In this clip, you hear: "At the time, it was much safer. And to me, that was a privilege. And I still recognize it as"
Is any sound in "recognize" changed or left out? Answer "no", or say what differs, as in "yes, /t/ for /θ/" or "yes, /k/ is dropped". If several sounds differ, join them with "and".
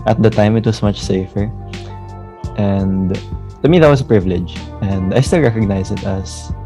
yes, /s/ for /z/